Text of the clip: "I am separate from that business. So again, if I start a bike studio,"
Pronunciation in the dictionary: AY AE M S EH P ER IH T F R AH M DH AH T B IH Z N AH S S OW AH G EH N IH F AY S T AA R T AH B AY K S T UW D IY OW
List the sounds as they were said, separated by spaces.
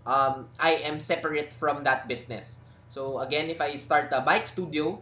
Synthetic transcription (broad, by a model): AY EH M S EH P ER IH T F R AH M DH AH T B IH S N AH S S OW AH G EH N IH F AY S T AA R T AH B AY K S T UW D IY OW